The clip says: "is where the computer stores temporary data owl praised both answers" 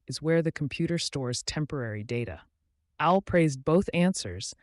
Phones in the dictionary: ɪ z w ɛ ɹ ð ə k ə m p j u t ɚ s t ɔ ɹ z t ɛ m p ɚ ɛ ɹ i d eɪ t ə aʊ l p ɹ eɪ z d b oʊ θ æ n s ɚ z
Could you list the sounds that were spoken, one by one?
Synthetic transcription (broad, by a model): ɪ z w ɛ ɹ ð ə k m p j u t ɚ s t ɔ ɹ z t ɛ m p ɚ ɛ ɹ i d eɪ t ə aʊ l p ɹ eɪ z b oʊ θ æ n s ɚ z